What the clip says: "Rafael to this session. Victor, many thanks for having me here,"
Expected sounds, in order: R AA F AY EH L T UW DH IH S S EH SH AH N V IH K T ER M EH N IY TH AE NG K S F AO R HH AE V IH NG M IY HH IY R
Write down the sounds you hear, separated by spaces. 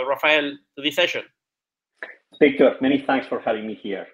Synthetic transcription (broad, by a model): R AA F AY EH L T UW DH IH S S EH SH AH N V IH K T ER M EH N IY TH AE NG K S F AO R HH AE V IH NG M IY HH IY R